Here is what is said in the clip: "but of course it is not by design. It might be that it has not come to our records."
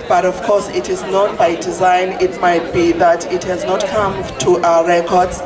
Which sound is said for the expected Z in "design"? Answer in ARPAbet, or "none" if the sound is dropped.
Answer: Z